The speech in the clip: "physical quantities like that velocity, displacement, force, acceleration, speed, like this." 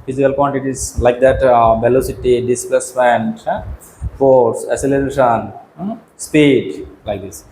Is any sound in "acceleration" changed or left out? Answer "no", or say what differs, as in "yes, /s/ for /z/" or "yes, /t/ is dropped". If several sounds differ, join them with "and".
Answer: yes, /k/ is dropped